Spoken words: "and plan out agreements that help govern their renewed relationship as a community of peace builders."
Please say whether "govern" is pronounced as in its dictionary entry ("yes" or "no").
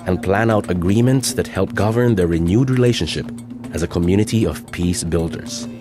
yes